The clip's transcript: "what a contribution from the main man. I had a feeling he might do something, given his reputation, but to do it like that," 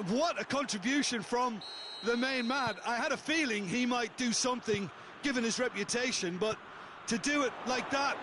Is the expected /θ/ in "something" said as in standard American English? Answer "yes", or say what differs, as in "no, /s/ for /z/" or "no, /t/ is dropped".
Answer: yes